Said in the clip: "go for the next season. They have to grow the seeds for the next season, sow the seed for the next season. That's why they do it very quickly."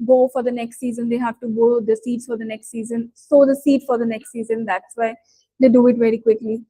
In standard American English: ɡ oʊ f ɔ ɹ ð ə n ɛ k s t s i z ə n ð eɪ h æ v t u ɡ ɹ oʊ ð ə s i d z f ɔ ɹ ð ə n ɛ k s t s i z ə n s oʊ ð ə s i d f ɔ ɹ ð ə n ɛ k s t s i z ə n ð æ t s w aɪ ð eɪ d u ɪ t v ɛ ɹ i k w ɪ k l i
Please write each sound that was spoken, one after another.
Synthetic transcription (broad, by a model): ɡ oʊ f ɔ ɹ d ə n ɛ k s t s i z ə n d eɪ h æ v t u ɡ oʊ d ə s i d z f ɔ ɹ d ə n ɛ k s t s i z ə n s oʊ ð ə s i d f ɔ ɹ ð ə n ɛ k s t s i z ə n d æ t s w aɪ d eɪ d u ɪ t v ɛ ɹ i k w ɪ k l i